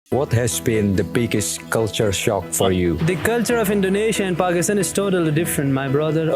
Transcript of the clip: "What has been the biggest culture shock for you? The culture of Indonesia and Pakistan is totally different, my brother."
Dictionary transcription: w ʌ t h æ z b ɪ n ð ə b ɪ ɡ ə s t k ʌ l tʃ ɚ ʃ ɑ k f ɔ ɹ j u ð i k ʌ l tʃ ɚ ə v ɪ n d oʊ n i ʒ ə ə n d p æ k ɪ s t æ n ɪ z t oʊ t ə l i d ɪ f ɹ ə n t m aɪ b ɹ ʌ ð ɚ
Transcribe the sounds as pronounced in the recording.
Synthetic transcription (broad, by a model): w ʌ t h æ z b ɪ n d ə b ɪ ɡ ə s t k ʌ l tʃ ɚ ʃ ɑ k f ɔ ɹ j u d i k ʌ l tʃ ɚ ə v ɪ n d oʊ n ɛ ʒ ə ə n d p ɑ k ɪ s t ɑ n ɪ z t oʊ t ə l i d ɪ f ɹ ə n t m aɪ b ɹ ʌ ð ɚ